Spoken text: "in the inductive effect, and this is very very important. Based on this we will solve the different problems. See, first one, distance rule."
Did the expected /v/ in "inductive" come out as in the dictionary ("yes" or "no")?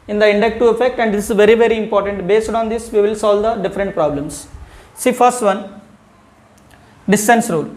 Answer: no